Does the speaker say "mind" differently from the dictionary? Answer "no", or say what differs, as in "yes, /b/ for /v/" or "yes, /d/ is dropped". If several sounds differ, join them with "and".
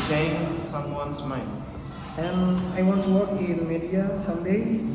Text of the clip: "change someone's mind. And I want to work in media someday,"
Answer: yes, /d/ is dropped